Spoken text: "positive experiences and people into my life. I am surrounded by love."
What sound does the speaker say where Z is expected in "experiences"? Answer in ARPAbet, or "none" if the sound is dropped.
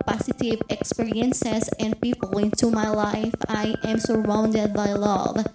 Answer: S